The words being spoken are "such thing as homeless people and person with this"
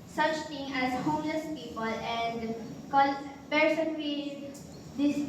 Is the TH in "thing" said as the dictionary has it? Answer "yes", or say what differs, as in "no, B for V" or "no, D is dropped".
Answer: no, T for TH